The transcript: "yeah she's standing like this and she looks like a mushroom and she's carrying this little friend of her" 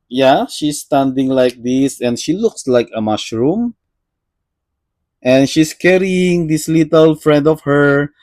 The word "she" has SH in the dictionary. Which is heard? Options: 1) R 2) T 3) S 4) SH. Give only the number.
4